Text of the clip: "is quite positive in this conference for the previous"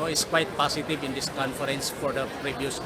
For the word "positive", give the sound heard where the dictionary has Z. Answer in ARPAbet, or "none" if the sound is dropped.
S